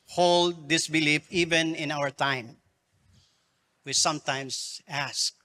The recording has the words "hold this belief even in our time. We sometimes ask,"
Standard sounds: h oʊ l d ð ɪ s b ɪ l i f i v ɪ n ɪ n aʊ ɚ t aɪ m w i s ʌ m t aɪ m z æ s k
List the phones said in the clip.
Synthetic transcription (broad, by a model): h oʊ l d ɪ s b ɪ l i f i v ɪ n ɪ n aʊ ɚ t aɪ m w i s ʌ m t aɪ m s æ s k